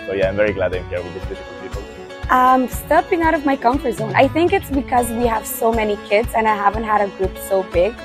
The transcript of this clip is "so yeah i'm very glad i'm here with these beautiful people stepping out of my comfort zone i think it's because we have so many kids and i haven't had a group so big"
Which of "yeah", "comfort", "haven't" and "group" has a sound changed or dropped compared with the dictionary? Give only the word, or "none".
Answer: none